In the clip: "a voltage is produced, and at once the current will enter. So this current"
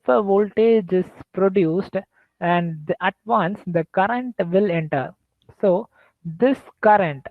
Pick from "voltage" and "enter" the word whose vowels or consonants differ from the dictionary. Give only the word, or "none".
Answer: none